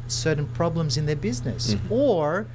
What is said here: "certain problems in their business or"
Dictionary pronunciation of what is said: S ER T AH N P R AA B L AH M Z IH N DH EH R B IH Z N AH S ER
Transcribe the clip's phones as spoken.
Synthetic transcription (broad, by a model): S ER T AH N P R AA B L AH M Z IH N DH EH R B IH Z N AH S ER